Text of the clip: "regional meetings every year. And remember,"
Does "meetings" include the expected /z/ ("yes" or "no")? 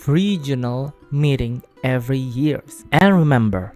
no